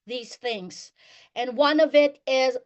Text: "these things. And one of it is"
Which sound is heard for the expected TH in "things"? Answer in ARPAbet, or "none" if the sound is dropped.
TH